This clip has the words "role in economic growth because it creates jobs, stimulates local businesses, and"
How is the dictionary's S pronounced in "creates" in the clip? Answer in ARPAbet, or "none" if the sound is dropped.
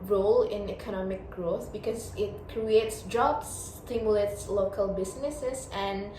S